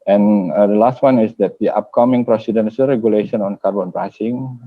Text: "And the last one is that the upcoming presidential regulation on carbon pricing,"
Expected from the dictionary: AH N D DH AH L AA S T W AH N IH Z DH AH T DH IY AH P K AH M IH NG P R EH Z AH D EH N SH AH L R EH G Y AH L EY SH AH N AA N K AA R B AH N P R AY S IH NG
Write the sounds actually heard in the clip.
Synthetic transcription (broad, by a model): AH N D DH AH L AA S T W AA N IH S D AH T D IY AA P K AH M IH NG P R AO S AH D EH N S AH R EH G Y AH L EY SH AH N AA N K AA R B AH N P R AY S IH NG